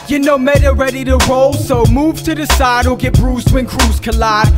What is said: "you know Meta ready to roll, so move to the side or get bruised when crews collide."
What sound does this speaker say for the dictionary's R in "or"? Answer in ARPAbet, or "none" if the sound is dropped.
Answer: L